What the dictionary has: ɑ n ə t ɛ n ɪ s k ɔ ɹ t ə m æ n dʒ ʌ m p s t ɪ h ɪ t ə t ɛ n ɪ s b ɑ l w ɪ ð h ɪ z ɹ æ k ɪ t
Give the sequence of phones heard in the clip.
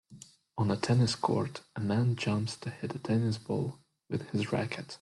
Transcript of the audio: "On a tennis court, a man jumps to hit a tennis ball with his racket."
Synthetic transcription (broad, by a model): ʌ n ə t ɛ n ɪ s k ɔ ɹ t ə m æ n dʒ ʌ m p s t ɪ h ɪ t ə t ɛ n ɪ s b ɑ l w ɪ ð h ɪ z ɹ æ k ɪ t